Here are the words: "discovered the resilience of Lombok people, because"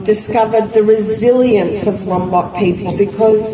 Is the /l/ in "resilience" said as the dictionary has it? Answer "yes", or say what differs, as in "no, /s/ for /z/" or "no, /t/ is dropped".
yes